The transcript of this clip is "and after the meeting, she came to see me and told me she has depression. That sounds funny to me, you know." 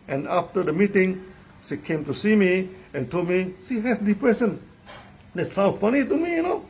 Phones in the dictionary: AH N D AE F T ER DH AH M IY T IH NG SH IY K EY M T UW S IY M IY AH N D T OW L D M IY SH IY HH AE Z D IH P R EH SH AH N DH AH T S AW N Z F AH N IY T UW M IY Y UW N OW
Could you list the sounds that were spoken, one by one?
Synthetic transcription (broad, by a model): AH N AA F T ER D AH M IY T IH NG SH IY K EY M T UW S IY M IY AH N T OW L D M IY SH IY HH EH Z D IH P R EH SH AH N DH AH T S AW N F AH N IY T UW M IY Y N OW